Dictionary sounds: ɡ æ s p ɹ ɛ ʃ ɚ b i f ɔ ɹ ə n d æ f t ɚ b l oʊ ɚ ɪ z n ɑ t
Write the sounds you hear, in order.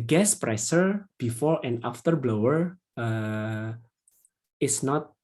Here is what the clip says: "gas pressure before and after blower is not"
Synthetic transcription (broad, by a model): ɡ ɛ s p ɹ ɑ s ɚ b i f ɔ ɹ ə n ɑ f t ɚ b l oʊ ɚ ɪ s n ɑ t